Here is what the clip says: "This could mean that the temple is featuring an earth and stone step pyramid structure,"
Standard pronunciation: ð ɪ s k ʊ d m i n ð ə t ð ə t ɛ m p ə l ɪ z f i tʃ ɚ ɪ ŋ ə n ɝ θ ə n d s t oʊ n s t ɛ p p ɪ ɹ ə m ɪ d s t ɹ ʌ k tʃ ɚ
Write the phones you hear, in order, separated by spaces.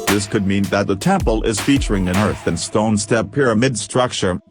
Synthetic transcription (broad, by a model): ð ɪ s k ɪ d m i n ð ə t ð ə t ɛ m p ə l ɪ z f i tʃ ɚ ɪ ŋ ə n ɝ θ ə n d s t oʊ n s t ɛ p p ɪ ɹ ə m ɪ d s t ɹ ʌ k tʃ ɚ